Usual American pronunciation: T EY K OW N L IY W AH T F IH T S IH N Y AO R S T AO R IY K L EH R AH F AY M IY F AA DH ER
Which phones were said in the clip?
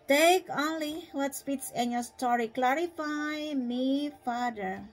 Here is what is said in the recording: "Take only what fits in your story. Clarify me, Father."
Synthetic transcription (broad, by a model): T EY K OW N L IY W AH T P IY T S IH N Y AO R S T AO R IY K L EH R AH F AY M IY F AA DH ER